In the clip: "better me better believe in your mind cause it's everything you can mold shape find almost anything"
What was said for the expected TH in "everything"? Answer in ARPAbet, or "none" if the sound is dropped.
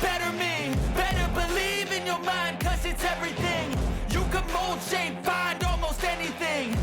TH